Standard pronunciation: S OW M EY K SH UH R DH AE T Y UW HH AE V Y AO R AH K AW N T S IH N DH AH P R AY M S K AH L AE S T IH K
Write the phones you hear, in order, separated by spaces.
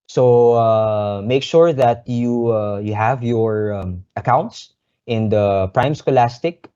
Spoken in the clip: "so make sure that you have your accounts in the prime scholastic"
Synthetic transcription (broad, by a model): S OW M EY K SH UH R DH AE T Y UW HH AE V Y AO R AH K AW N T S IH N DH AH P R AY M S K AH L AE S T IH K